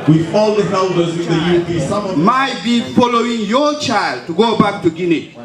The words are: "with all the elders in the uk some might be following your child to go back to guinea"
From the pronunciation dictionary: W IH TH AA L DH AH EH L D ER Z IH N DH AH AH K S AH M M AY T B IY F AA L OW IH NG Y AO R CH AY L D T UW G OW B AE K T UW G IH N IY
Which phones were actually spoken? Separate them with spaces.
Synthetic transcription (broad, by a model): W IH AA L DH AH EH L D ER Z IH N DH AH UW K S AH M M AY T B IY F AA L OW IH NG Y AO CH AY L D T UW G OW B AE K T UW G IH N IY